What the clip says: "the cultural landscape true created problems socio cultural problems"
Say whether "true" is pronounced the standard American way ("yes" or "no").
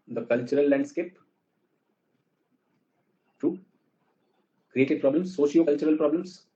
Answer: no